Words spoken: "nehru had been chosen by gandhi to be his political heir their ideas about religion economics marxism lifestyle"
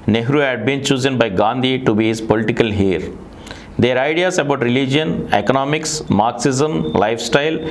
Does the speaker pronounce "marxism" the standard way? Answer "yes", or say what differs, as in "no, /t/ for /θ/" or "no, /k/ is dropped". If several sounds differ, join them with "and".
yes